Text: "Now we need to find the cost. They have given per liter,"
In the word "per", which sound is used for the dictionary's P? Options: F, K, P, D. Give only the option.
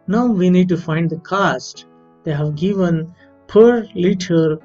P